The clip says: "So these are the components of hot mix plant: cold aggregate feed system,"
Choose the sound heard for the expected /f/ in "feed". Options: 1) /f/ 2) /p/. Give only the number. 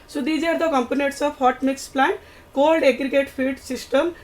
2